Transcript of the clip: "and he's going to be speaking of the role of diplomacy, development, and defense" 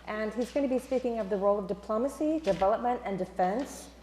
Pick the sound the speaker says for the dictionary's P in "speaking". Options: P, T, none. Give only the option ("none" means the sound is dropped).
P